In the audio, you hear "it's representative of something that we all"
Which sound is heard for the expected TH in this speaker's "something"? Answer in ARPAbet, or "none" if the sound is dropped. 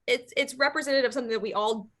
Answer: TH